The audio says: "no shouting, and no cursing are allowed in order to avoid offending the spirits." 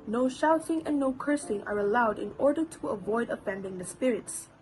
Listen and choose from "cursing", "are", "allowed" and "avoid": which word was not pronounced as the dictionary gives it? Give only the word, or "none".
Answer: none